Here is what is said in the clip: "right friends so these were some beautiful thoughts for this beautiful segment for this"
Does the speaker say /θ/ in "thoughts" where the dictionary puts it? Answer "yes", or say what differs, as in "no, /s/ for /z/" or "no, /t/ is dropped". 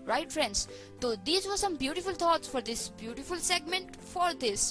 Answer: no, /t/ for /θ/